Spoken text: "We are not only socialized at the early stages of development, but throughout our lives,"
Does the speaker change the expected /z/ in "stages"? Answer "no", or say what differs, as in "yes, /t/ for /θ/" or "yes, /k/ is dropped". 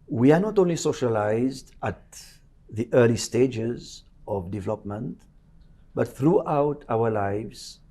no